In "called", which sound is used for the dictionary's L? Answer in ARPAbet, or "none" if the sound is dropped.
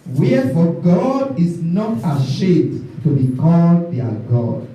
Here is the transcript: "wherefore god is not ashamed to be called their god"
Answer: L